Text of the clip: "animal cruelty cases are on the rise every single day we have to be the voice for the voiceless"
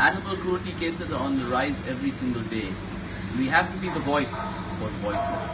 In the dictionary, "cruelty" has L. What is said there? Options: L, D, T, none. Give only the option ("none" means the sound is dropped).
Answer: none